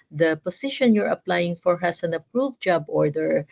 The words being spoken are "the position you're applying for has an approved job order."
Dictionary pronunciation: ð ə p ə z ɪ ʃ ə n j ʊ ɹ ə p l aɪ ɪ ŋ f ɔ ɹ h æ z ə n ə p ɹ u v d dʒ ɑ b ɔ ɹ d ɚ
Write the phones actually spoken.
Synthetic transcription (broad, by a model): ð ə p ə s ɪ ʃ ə n j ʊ ɹ ə p l aɪ ɪ ŋ f ɔ ɹ h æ s ə n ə p ɹ u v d dʒ ɑ b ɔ ɹ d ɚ